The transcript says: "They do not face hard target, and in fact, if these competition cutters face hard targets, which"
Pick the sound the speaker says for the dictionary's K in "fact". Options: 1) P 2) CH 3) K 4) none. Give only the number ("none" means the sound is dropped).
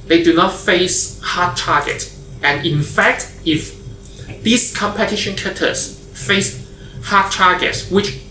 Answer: 3